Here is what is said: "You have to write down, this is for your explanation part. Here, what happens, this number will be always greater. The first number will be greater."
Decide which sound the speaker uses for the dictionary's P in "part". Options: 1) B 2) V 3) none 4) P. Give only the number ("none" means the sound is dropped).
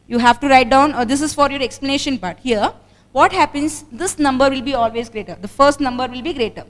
1